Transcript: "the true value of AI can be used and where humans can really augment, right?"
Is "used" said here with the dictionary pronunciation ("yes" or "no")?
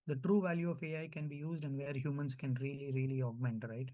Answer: yes